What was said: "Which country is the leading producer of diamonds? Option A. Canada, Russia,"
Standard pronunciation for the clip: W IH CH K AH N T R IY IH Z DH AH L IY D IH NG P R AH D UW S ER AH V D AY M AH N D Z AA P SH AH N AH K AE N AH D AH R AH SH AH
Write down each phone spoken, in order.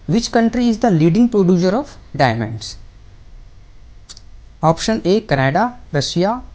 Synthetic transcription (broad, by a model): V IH CH K AH N T R IY IH Z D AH L IY D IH NG P R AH D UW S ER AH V D AY M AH N D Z AA P SH AH N AH K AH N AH D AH R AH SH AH